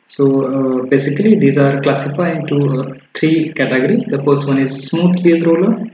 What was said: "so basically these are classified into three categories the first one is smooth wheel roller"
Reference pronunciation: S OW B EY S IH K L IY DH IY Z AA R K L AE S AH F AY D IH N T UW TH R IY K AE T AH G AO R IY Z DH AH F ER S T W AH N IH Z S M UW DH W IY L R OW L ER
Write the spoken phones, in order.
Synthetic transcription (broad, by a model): S OW B EY S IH K L IY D IY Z AA R K L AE S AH F AY IH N T UW T R IY K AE T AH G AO R IY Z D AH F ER S T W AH N IH Z S M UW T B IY N R OW L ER